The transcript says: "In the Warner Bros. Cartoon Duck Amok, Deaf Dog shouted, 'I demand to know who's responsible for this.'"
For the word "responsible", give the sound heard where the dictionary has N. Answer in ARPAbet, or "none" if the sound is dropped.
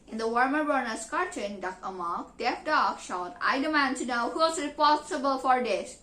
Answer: none